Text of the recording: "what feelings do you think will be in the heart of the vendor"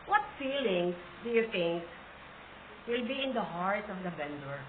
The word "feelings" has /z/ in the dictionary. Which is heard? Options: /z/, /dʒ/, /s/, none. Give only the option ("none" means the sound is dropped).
/s/